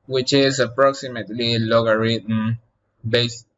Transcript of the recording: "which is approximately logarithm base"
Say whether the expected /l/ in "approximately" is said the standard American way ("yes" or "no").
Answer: yes